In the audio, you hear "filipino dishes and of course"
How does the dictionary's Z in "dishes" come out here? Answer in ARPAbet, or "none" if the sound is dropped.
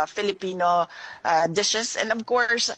S